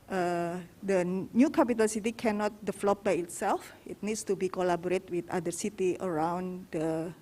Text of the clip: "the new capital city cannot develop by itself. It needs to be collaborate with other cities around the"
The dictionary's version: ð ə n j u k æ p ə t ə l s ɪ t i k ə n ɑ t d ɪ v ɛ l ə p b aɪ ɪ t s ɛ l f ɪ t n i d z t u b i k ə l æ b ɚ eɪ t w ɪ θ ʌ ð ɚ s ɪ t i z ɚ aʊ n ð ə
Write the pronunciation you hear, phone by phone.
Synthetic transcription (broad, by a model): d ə n j u k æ p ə t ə l s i t i k ə n ɑ t d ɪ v l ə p b aɪ ɪ t s ɛ l f ɪ t n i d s t u b i k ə l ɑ b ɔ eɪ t w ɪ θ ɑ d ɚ s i t i ɚ aʊ n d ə